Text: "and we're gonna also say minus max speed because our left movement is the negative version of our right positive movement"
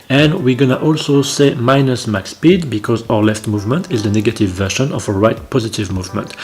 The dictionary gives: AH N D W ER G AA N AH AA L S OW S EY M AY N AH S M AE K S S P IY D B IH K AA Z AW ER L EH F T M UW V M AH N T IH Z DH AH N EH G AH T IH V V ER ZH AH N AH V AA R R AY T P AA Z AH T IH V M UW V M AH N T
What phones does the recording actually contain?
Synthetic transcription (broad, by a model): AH N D W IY G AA N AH AA L S OW S EY M AY N AH S M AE K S S P IY D B IH K AA Z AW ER L EH F T M UW V M AH N T IH Z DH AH N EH G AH T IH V V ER SH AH N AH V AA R R AY T P AA Z AH T IH V M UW V M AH N T